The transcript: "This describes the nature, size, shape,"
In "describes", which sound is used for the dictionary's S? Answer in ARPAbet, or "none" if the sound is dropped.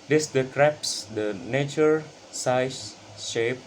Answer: none